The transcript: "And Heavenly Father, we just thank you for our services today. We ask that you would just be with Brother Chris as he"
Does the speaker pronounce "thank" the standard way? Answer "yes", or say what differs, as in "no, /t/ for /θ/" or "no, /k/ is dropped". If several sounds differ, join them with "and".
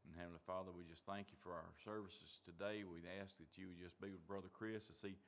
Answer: yes